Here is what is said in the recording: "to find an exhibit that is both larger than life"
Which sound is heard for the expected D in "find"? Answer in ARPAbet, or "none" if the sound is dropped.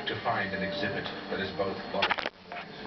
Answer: D